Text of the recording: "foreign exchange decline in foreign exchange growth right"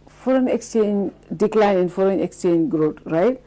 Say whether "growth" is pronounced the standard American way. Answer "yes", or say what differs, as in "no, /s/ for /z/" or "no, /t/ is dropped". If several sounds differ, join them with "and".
no, /t/ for /θ/